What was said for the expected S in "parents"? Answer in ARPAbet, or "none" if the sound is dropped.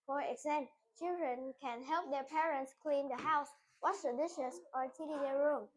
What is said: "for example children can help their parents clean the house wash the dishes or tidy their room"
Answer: S